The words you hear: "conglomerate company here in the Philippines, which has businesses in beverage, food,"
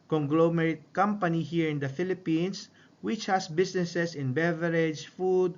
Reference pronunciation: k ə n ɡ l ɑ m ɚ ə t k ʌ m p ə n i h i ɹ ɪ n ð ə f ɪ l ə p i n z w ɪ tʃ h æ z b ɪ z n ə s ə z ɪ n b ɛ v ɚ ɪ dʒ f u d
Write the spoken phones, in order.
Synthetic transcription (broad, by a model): k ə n ɡ l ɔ m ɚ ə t k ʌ m p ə n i h i ɹ ɪ n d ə f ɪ l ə p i n s w ɪ tʃ h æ s b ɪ s n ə s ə s ɪ n b ɛ v ɚ ɪ dʒ f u d